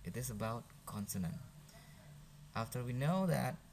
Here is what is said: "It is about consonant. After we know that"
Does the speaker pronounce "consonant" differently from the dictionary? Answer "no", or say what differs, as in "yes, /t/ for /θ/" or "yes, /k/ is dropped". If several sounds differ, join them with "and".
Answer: no